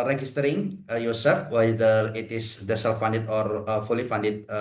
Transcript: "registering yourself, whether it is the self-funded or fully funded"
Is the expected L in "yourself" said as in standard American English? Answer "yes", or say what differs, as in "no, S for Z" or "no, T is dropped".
no, L is dropped